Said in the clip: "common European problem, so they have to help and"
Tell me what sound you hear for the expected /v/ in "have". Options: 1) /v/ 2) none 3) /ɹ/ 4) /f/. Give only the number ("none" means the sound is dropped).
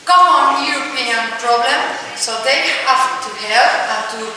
4